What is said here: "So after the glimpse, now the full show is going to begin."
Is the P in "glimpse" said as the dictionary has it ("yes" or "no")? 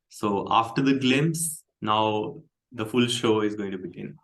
no